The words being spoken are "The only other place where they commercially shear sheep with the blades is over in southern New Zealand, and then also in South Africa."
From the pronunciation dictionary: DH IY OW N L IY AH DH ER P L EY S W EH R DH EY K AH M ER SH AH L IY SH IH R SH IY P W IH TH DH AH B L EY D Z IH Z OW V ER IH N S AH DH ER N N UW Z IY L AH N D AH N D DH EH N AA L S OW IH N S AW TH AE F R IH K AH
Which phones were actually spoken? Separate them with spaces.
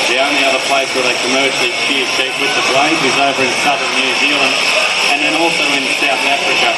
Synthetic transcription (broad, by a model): DH IY OW N L IY AH DH ER P L EY S W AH R DH EY K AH M ER SH L IY S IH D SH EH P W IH DH AH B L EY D IH Z OW V ER IH N S AH DH ER N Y UW Z IY L AH N D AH N DH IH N AA L S OW IH N S AW TH AE F R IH K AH